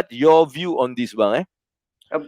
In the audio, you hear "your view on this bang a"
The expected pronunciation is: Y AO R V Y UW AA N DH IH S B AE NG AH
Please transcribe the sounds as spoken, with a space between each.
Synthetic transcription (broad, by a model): Y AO V Y UW AA N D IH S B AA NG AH